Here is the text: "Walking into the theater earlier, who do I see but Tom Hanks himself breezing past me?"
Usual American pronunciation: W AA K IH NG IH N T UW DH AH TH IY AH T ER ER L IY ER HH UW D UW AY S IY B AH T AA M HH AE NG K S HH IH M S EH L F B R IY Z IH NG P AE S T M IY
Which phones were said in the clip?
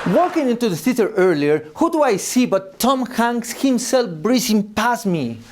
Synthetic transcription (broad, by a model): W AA K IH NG IH N T UW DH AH S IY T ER ER L IY ER HH UW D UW AY S IY B AH T AA M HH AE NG S HH IH M S EH L F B R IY S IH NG P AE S M IY